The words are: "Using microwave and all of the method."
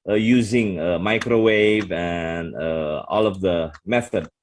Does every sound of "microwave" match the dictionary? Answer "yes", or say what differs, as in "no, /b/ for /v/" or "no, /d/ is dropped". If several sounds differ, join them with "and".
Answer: yes